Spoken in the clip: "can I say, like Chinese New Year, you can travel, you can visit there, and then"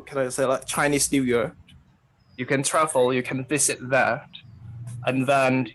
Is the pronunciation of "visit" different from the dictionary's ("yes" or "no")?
no